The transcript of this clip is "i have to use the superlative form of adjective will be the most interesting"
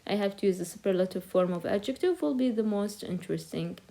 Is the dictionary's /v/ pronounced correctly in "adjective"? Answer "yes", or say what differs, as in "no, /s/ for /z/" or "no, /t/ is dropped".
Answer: yes